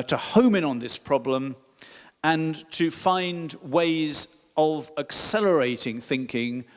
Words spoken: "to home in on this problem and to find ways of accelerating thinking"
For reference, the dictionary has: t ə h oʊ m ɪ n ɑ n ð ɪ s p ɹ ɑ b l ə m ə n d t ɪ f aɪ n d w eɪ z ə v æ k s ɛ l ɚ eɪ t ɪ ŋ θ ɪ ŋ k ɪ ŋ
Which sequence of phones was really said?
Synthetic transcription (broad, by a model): t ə h oʊ m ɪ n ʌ n ð ɪ s p ɹ ɑ b l ə m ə n t ɪ f aɪ n d w eɪ z ə v æ k s ɛ l ɚ eɪ t ɪ ŋ θ ɪ ŋ k ɪ ŋ